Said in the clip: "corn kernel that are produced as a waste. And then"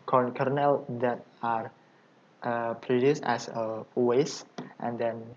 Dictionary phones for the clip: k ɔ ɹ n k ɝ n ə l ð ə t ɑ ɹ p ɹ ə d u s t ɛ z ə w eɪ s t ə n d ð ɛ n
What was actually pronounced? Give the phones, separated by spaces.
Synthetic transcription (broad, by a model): k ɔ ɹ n k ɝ n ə l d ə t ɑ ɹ p ɹ ə d u s t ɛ s ə w eɪ s t ə n d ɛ n